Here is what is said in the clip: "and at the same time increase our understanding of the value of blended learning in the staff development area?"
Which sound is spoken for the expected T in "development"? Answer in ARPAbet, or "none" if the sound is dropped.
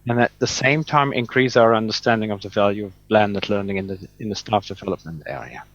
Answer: T